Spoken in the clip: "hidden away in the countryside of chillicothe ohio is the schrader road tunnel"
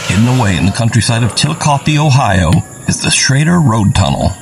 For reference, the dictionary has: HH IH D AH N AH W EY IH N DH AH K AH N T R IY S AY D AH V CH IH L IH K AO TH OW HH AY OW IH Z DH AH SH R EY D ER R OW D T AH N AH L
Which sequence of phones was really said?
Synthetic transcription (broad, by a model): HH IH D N AH W EY IH N DH AH K AH N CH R IY S AY D AH V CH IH L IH K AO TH OW HH AY OW IH Z DH AH S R EY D ER R OW D T AH N L